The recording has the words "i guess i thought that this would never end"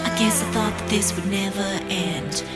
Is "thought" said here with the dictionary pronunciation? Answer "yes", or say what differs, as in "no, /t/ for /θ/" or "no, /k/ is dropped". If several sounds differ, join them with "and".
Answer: yes